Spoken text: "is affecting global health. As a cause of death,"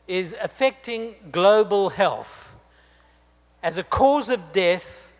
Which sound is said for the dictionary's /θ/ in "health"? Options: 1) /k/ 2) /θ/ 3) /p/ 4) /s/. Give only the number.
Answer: 2